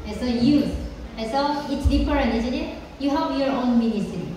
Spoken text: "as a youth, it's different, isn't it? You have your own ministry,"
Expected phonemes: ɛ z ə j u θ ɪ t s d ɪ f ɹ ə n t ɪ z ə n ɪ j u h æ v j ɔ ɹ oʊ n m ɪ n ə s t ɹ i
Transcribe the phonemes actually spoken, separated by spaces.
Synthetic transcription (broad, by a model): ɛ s ə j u s ɪ t s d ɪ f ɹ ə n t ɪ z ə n ɪ j u h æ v j ɔ ɹ oʊ n m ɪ n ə s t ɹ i